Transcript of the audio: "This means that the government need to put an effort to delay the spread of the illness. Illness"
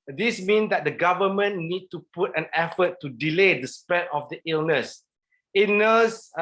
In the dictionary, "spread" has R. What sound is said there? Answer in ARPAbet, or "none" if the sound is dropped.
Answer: none